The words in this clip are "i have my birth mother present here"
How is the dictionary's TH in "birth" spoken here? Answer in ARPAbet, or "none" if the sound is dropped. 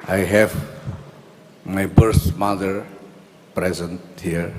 S